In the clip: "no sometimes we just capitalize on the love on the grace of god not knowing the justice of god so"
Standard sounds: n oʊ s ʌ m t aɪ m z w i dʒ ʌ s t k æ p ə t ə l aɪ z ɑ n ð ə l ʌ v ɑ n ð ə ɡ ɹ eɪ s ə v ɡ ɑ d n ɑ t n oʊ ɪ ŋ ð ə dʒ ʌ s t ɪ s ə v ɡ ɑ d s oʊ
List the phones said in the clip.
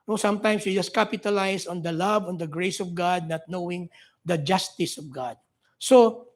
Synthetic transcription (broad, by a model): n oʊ s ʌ m t aɪ m s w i dʒ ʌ s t k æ p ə t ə l aɪ s ɑ n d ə l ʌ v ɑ n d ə ɡ ɹ eɪ s ə v ɡ ɑ d n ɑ t n oʊ ɪ ŋ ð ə dʒ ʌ s t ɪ s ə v ɡ ɑ d s oʊ